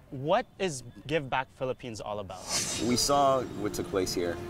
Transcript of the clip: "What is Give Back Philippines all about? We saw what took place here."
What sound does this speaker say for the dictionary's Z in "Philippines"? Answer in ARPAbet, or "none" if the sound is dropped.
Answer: Z